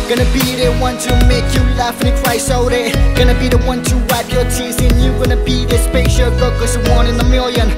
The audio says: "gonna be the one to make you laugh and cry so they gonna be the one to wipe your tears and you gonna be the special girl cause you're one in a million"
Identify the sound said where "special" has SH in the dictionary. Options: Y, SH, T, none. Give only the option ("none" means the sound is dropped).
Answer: none